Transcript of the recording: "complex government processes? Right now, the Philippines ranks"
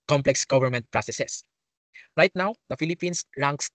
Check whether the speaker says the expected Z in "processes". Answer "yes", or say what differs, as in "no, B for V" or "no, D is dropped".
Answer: no, S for Z